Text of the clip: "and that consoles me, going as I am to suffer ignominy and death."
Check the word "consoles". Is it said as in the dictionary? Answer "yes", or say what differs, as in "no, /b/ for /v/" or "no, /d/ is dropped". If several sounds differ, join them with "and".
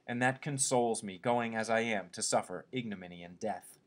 yes